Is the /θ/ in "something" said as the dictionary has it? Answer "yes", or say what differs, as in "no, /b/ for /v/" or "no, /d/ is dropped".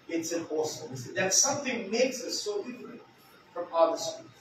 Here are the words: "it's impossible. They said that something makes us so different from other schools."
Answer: yes